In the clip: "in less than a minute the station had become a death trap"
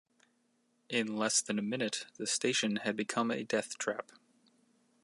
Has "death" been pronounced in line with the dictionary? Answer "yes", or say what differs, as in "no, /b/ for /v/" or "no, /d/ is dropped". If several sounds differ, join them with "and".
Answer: yes